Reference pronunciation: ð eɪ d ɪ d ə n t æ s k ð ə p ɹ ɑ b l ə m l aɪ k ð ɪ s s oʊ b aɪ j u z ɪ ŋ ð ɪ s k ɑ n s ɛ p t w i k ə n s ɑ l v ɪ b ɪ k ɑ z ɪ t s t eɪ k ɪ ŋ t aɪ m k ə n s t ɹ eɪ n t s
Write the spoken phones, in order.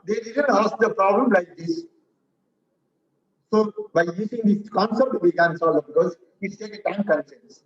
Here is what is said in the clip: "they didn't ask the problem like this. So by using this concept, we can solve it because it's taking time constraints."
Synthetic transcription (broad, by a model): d eɪ d ɪ d ə n t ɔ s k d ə p ɹ ɑ b l ə m l aɪ k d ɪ s s oʊ b aɪ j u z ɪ ŋ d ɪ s k ɑ n s ɛ p t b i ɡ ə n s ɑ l ɪ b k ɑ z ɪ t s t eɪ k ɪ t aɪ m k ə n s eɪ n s